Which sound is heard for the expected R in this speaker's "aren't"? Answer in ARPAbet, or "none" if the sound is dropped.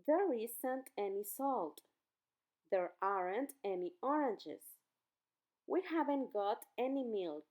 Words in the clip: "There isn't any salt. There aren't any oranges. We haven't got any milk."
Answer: R